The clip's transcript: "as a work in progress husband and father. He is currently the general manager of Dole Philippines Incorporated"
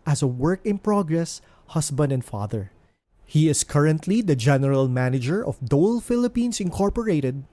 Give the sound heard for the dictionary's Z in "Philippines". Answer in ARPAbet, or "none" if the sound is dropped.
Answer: S